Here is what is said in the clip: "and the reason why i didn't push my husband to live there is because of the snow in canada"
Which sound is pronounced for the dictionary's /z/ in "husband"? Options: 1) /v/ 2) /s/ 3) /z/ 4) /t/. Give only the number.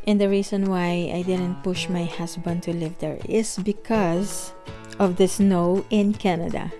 2